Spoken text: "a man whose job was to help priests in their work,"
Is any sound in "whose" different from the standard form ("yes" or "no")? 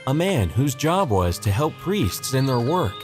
no